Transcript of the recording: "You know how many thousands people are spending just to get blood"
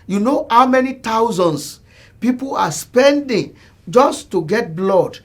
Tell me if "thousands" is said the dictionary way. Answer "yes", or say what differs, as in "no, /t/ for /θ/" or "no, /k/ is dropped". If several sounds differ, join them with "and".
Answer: no, /t/ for /θ/